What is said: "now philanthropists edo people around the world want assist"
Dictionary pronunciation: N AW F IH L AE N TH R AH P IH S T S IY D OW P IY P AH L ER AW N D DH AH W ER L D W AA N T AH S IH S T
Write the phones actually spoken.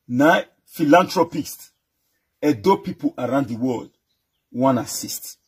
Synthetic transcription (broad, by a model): N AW F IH L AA N T R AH P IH S T EH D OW P IY P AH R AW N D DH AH W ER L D W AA N AH S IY S T